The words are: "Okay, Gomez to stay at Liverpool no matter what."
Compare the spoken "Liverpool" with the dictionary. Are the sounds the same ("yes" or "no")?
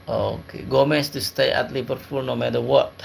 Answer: no